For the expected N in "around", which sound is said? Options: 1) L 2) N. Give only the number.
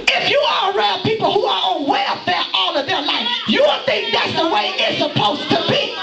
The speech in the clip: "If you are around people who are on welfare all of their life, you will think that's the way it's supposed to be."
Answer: 1